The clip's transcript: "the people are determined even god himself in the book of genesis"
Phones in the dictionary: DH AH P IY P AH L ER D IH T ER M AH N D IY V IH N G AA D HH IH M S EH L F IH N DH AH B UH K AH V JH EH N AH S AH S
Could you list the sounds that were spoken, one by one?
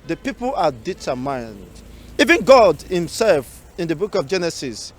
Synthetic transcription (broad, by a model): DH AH P IY P AH L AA D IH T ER M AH N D IY V IH N G AA D HH IH M S EH L F IH N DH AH B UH K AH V JH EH N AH S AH S